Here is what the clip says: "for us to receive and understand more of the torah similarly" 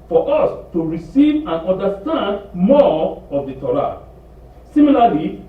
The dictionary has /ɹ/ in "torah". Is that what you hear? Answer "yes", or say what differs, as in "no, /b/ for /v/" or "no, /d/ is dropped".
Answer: no, /l/ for /ɹ/